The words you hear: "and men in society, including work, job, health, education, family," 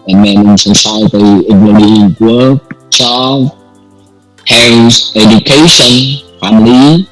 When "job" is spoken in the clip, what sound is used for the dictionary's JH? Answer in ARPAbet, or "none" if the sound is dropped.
CH